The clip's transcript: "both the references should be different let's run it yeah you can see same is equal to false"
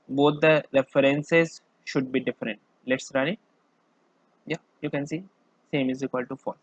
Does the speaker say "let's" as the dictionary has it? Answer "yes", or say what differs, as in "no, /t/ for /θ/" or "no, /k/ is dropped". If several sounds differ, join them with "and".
yes